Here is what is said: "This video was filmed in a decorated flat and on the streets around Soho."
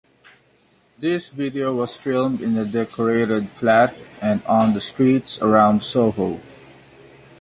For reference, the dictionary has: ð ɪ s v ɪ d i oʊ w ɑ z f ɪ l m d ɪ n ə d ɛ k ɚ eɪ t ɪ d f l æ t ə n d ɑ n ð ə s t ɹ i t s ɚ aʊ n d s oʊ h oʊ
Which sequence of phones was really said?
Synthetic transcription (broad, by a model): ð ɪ s v ɪ d i oʊ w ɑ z f ɪ l m d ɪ n ə d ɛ k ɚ eɪ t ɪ d f l æ t ə n d ɑ n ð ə s t ɹ i t s ɚ aʊ n d s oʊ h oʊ